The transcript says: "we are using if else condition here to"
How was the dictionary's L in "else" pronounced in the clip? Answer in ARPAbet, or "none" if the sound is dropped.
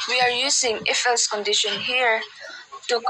none